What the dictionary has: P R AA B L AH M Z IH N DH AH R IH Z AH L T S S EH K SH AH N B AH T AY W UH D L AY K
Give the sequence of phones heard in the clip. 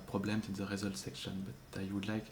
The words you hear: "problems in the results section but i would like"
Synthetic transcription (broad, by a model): P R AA B L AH M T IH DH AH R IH Z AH L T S S EH K SH AH N B AH T AY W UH D L AY K